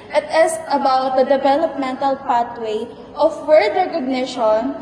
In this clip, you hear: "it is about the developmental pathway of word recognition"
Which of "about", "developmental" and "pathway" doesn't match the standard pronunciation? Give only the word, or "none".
pathway